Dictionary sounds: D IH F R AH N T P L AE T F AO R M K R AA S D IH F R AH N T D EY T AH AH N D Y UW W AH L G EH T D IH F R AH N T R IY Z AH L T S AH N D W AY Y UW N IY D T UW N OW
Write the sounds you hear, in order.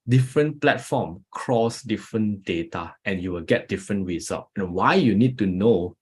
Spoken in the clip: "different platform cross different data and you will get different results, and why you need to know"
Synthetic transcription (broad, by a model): D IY F R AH N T P L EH T F AO M K R AA S D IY F R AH N D EY T AH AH N Y UW W AH L G EH T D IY F R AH N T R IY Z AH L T AH N W AY Y UW N IY D T UW N OW